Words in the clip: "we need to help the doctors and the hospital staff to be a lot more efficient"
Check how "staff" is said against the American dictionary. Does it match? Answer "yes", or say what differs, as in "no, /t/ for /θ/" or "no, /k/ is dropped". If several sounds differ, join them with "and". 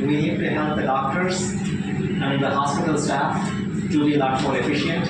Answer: yes